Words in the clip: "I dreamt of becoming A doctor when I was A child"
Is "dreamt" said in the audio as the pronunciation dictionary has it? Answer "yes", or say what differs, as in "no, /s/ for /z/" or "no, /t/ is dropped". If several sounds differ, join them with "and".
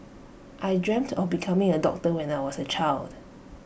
yes